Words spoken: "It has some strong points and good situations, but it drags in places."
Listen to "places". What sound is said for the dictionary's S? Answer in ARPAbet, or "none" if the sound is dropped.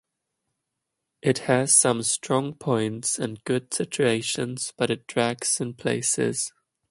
S